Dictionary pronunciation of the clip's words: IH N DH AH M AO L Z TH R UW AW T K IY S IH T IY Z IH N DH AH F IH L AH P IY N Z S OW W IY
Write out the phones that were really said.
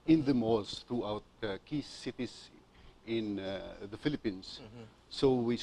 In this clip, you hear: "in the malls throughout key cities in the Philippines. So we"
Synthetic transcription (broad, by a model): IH N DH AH M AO Z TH R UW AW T K IY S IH T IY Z IH N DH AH F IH L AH P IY N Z S OW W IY